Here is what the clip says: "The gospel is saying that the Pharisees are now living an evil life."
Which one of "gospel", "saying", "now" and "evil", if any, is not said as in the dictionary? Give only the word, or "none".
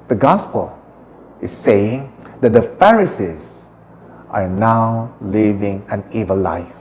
none